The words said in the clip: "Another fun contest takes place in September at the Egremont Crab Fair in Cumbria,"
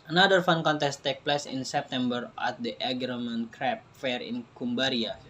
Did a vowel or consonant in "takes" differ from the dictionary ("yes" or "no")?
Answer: yes